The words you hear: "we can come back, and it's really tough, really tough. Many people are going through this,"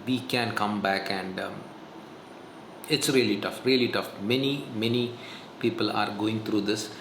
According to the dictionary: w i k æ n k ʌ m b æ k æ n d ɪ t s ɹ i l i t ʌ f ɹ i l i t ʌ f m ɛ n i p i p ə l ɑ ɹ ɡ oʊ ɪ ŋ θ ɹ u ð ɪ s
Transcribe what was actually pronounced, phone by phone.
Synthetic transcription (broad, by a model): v i k æ n k ʌ m b æ k æ n d ɪ t s ɹ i l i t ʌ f ɹ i l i t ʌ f m ɛ n i p i p ə l ɑ ɹ ɡ oʊ ɪ ŋ t ɹ u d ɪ s